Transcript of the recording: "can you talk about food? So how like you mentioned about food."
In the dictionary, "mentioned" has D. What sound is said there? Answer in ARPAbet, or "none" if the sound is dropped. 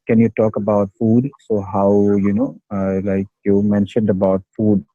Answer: D